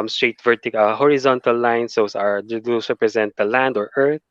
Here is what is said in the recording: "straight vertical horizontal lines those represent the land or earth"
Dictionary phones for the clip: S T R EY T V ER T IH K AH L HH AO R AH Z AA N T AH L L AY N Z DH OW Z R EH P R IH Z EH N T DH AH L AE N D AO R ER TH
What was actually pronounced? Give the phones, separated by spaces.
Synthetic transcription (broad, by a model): S T R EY T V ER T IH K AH HH AO R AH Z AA N T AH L L AY N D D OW S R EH P R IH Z EH N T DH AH L AE N D AO R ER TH